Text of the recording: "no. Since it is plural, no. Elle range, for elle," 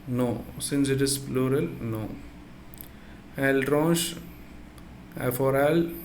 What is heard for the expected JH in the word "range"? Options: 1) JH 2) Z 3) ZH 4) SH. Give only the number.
4